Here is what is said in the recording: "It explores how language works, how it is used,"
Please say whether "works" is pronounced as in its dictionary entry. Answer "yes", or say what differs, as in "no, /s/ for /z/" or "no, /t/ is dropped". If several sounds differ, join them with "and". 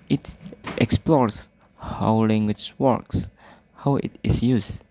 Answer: yes